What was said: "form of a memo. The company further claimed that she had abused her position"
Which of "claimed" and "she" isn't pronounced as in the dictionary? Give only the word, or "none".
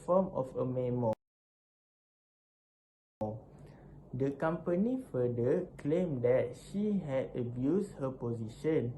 none